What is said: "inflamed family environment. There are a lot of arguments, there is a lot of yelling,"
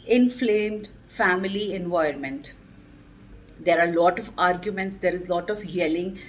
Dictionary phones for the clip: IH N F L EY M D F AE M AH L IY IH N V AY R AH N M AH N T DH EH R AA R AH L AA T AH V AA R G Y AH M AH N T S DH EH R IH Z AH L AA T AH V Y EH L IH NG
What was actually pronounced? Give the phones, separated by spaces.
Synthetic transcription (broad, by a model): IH N F L EY M D F AE M AH L IY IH N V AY AH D M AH N T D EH R AA R L AA T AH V AA R G Y AH M AH N T S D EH R IH Z L AA T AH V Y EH L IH NG